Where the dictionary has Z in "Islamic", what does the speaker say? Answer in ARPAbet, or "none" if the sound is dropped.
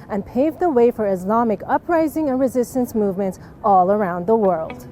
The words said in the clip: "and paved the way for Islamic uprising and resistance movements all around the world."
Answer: Z